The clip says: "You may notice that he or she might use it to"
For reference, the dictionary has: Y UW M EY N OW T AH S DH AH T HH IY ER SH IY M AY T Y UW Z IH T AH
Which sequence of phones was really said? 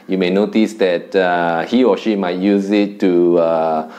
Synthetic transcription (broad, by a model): Y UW M EY N OW T AH S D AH T HH IY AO SH IY M AY T Y UW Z IH T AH